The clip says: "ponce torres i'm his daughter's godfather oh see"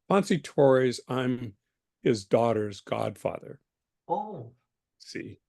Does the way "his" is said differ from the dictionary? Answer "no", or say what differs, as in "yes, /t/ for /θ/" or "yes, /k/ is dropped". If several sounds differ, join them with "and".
no